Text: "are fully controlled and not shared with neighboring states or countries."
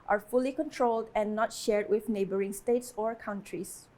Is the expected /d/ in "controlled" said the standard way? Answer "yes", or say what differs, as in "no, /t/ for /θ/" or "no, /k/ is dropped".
yes